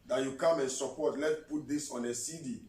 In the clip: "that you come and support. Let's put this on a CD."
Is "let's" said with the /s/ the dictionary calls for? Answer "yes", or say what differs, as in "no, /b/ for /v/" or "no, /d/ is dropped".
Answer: no, /s/ is dropped